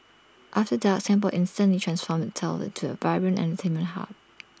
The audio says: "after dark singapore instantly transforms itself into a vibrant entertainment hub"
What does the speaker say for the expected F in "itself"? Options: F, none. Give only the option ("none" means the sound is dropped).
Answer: none